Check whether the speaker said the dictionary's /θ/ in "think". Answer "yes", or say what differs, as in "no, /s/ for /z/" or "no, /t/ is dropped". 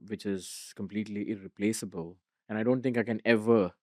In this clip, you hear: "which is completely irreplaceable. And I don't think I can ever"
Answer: no, /t/ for /θ/